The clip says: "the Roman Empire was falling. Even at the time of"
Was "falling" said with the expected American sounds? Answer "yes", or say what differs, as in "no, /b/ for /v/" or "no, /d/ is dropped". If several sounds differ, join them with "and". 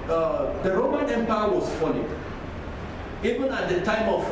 no, /n/ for /l/